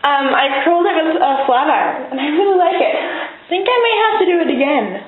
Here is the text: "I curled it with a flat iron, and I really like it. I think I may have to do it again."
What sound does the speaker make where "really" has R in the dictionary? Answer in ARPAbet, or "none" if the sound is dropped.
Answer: W